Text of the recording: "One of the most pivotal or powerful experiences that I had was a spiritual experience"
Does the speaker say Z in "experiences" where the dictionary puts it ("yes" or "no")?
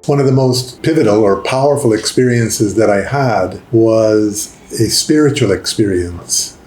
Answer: yes